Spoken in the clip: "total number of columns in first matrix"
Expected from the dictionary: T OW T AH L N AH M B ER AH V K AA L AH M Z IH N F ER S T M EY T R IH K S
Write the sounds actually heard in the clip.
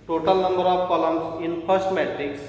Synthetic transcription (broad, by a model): T OW T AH L N AH M B ER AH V K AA L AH M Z IH N P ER S T M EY T R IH K S